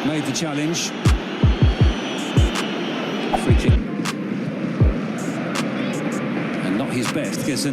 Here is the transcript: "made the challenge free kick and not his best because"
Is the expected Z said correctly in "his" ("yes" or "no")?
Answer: yes